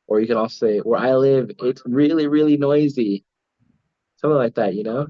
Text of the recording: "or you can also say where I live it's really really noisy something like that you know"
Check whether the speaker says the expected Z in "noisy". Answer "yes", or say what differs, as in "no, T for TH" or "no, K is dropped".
yes